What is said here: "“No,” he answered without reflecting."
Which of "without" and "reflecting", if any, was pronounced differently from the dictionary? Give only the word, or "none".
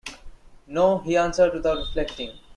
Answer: without